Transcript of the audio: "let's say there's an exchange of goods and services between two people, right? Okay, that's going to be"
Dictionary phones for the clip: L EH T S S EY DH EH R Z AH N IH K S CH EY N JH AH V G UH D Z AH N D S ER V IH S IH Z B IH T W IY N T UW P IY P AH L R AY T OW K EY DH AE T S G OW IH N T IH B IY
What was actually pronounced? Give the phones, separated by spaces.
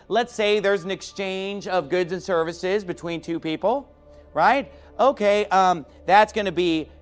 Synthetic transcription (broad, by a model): L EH T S S EY DH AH R Z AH N IH K S CH EY N JH AH V G UH D Z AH N S ER V IH S IH Z B IH T W IY N T UW P IY P L R AY T OW K EY DH AE T S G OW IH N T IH B IY